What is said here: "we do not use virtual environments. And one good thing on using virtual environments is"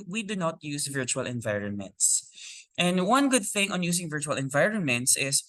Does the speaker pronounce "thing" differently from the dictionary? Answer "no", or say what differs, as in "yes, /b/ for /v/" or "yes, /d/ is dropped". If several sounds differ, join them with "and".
no